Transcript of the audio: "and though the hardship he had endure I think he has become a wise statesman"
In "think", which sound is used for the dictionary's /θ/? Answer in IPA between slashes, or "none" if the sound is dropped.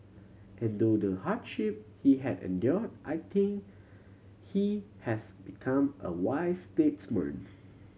/t/